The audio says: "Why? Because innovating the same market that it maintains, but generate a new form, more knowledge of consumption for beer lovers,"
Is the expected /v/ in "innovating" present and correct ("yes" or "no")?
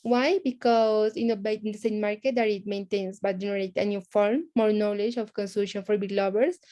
no